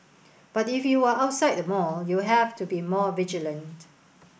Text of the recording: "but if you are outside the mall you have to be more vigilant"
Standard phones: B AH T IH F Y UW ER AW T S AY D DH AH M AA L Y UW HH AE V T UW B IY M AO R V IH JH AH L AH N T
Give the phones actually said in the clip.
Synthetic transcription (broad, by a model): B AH T IH F Y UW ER AW T S AY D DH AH M AA L Y UW HH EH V T UW B IY M AO V IH JH AH L AH N T